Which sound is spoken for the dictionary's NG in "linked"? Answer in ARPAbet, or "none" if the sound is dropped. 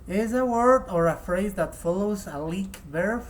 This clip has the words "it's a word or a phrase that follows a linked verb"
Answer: none